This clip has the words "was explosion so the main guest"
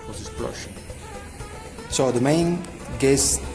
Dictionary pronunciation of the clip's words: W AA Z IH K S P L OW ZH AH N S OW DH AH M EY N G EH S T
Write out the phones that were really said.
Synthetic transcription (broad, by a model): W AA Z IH S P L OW SH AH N S OW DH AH M EY N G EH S